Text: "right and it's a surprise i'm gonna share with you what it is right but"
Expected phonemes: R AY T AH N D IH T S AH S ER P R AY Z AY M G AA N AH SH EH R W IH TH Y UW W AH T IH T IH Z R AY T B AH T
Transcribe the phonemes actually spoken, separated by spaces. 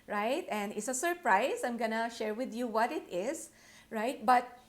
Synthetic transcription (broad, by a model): R AY T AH N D IH T S AH S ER P R AY S AY M G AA N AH SH EH R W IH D Y UW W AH T IH T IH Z R AY T B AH T